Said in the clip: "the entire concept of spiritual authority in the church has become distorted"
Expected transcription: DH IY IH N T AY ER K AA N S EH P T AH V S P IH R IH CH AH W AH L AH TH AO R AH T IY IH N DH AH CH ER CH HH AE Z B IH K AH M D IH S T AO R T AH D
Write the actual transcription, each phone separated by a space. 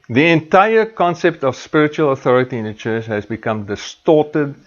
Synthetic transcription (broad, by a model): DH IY IH N T AY ER K AA N S EH P T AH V S P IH R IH CH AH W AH L AH TH AO R AH T IY IH N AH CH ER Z HH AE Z B IH K AH M D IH S T AO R T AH D